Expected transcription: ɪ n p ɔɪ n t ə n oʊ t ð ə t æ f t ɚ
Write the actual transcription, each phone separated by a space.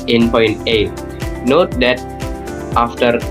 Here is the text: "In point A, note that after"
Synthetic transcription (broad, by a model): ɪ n p ɔɪ n t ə n oʊ t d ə t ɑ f t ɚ